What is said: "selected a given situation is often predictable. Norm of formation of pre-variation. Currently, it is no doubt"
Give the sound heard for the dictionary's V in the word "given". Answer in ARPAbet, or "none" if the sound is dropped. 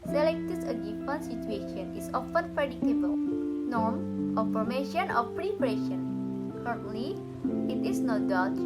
F